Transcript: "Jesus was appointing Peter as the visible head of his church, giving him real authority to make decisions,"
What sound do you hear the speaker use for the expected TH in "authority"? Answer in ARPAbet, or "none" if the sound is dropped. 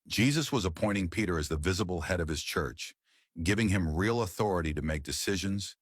TH